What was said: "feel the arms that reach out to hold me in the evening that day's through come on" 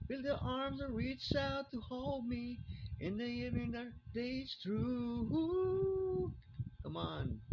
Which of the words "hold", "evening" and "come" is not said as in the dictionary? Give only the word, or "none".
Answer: evening